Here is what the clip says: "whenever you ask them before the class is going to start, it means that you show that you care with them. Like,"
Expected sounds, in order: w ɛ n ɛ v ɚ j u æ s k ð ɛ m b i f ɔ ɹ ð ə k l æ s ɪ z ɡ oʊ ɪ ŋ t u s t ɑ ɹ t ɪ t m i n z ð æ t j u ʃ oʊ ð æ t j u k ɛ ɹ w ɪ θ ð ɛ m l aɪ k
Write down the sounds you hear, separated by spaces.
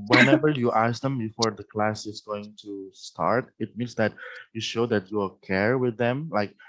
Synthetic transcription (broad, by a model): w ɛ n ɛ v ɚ j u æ s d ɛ m b i f ɔ ɹ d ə k l æ s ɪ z ɡ oʊ ɪ ŋ t u s t ɑ ɹ t ɪ t m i n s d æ t j u ʃ oʊ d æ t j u k ɛ ɹ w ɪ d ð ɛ m l aɪ k